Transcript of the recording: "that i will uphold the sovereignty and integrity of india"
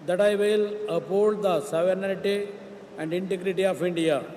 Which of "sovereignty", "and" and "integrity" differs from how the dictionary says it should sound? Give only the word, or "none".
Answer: sovereignty